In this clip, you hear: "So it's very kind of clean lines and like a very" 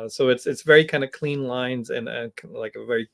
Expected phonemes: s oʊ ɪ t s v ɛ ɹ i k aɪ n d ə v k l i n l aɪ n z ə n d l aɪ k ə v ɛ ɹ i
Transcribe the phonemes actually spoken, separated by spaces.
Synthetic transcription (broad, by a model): s oʊ ɪ t s v ɛ ɹ i k aɪ n d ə k l i n l aɪ n z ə n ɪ l aɪ k ə v ɛ ɹ i